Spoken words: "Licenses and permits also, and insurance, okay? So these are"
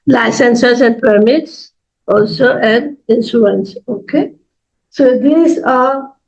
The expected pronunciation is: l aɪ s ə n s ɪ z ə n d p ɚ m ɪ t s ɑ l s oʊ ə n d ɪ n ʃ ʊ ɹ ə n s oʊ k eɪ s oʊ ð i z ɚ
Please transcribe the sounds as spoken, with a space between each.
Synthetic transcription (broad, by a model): l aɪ s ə n s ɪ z ə n d p ɚ m ɪ t s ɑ l s oʊ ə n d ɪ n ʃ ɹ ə n s oʊ k eɪ s oʊ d i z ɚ